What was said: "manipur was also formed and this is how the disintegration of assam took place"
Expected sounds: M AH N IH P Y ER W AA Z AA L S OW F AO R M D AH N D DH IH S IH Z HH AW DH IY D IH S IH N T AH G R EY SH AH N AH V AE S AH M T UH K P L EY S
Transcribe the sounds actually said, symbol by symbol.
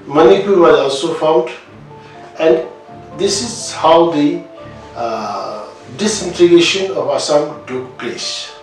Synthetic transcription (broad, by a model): M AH N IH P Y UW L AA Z AA L S OW F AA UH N D AH N D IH S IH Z HH AW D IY D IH S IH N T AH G EY SH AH N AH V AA S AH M T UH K P L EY S